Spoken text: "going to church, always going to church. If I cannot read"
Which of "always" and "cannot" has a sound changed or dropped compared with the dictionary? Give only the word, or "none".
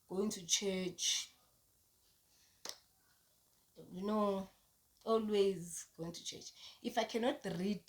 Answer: none